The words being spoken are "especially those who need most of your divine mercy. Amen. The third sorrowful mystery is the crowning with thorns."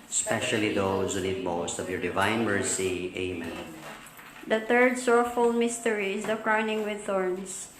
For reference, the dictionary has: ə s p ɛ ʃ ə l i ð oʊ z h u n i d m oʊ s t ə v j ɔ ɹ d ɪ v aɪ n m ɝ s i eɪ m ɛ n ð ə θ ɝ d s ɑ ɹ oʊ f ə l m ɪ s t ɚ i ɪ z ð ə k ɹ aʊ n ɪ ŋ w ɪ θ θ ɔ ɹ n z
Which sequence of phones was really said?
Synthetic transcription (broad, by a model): s p ɛ ʃ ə l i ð oʊ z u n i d m oʊ s t ə v j ɔ ɹ d ɪ v aɪ n m ɝ s i eɪ m ɛ n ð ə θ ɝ d s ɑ ɹ f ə l m ɪ s t ɚ i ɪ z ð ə k ɹ aʊ n ɪ ŋ w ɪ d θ ɔ ɹ n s